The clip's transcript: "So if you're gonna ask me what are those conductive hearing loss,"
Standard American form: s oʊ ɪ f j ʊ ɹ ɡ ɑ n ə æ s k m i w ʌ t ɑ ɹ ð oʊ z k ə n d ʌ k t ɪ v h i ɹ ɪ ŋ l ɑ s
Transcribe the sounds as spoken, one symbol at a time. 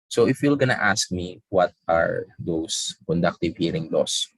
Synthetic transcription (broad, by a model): s oʊ ɪ f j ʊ l ɡ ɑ n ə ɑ s k m i w ʌ t ɑ ɹ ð oʊ s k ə n d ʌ k t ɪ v h i ɹ ɪ ŋ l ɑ s